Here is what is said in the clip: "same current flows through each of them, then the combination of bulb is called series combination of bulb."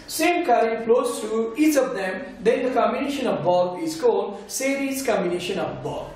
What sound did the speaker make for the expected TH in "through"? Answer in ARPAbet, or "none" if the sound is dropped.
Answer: T